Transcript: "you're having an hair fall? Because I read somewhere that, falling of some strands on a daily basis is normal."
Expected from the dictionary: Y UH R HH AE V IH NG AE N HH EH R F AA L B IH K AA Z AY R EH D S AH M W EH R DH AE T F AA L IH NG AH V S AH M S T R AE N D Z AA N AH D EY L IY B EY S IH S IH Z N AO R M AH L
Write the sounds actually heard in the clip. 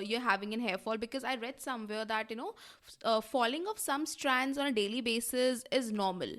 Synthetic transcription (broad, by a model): Y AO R HH AE V IH NG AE N HH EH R F AA L B IH K AA Z AY R EH D S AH M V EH R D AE T F AA L IH NG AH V S AH M S T R AE N D Z AA N AH D EY L IY B EY S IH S IH Z N AO R M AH L